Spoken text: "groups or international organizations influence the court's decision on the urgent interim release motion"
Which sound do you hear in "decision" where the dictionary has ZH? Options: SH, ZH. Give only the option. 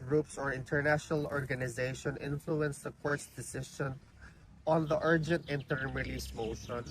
SH